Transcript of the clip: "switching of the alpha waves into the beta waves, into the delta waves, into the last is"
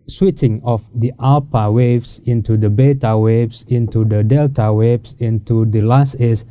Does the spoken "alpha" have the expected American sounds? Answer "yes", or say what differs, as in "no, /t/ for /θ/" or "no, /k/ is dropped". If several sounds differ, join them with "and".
no, /p/ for /f/